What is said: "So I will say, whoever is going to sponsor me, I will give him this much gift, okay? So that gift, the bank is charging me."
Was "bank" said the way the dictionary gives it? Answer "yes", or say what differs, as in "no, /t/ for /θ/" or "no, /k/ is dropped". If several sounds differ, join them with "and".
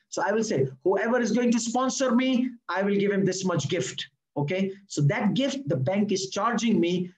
yes